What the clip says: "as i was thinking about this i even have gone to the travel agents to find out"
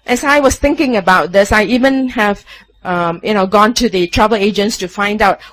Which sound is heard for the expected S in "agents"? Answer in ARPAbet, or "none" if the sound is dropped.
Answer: S